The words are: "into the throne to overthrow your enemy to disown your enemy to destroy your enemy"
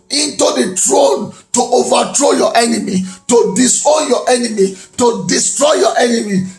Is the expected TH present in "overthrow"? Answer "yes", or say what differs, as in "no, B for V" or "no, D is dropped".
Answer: no, T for TH